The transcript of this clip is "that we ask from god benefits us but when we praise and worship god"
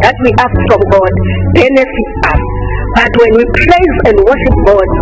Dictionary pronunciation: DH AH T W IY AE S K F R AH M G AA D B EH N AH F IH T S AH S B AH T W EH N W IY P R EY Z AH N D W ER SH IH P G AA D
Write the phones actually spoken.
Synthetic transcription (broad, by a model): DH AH T W IY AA S K F R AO M G AA D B EH N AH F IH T AA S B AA T W EH N W IY P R EY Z AH N D W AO SH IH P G AA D